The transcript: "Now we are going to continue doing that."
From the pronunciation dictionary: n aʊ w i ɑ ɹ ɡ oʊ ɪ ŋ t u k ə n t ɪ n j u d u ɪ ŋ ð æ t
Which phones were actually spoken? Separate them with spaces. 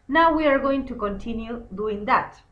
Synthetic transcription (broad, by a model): n aʊ w i ɑ ɹ ɡ oʊ ɪ ŋ t u k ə n t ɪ n j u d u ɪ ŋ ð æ t